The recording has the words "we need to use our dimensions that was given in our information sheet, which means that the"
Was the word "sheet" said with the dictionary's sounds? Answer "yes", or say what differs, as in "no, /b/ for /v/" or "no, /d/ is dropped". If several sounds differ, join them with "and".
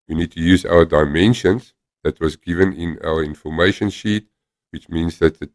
yes